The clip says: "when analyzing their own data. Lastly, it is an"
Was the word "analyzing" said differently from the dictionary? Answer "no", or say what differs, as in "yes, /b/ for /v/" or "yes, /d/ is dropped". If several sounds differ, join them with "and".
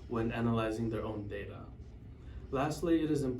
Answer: no